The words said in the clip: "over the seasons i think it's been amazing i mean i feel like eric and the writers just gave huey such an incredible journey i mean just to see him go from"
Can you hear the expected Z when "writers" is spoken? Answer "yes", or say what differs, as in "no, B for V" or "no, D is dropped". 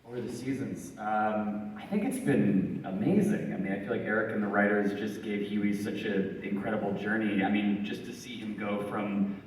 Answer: yes